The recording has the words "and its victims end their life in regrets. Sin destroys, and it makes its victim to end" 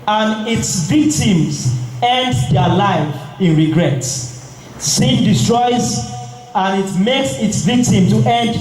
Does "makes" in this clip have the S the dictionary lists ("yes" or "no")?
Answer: yes